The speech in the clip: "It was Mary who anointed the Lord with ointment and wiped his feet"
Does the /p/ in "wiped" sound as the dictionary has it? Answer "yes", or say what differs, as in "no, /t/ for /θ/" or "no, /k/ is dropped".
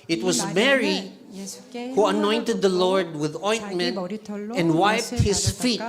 yes